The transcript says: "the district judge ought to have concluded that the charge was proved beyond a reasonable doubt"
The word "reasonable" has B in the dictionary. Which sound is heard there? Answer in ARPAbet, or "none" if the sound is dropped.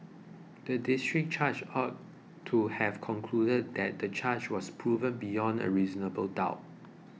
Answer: B